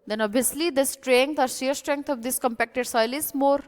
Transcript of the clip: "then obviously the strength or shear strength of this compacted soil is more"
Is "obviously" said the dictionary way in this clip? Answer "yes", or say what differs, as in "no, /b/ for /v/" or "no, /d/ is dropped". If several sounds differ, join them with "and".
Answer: no, /v/ is dropped